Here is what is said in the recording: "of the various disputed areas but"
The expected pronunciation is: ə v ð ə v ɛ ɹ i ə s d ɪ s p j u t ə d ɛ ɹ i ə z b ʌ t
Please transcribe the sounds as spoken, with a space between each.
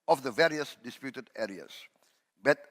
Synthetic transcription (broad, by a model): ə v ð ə v ɛ ɹ i ə s d ɪ s p j u t ə d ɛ ɹ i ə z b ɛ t